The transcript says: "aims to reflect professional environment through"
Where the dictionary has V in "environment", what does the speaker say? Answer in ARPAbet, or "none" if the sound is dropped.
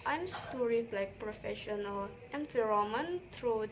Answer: F